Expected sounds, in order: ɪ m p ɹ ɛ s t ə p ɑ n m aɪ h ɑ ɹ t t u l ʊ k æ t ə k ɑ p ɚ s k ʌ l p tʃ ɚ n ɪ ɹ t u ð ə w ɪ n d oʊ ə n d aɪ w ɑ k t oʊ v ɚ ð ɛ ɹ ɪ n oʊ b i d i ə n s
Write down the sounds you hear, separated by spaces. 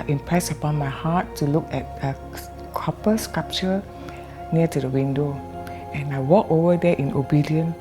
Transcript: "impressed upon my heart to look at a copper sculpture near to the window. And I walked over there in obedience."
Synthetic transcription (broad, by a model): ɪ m p ɹ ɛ s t ə p ɑ n m aɪ h ɑ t t u l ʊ k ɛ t ə k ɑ p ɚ s k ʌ p tʃ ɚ n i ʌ t u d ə w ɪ n d oʊ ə n aɪ w ɑ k oʊ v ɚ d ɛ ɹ ɪ n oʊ b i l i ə n